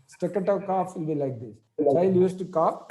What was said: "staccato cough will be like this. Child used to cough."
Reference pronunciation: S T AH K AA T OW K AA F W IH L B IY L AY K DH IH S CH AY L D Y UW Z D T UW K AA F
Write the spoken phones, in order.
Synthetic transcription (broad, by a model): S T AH K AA T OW K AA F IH N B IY L AY K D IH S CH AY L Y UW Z T UW K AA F